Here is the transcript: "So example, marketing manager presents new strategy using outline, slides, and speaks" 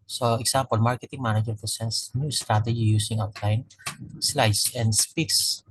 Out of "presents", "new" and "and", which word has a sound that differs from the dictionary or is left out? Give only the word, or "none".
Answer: presents